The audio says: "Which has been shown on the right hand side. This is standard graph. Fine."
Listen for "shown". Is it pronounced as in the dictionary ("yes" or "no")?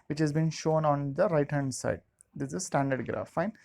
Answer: yes